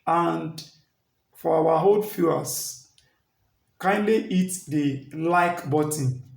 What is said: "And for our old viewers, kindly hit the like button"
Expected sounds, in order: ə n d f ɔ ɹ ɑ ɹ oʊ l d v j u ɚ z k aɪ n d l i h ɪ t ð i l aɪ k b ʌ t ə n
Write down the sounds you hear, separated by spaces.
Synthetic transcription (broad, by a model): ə n d f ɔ w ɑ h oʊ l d f j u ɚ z k aɪ n d l i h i t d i l aɪ k b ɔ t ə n